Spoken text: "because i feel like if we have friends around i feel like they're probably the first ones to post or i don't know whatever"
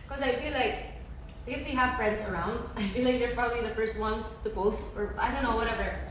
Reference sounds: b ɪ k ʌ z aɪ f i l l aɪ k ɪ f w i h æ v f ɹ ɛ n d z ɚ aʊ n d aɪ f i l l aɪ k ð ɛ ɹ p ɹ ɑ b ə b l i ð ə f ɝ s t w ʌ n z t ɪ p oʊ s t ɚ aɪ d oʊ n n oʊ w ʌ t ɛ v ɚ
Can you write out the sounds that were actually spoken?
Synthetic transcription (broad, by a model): k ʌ z aɪ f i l l aɪ k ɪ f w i h æ v f ɹ ɛ n d z ɚ aʊ n d aɪ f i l l aɪ k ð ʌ ɹ p ɹ ɑ b ə b l i ð ə f ɝ s t w ʌ n z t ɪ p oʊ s ɚ aɪ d oʊ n n oʊ w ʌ t ɛ v ɚ